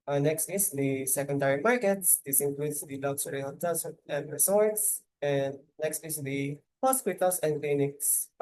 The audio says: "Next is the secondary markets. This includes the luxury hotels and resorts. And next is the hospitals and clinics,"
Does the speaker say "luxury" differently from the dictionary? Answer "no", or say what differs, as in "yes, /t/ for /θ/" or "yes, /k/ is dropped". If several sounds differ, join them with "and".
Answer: yes, /s/ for /ʒ/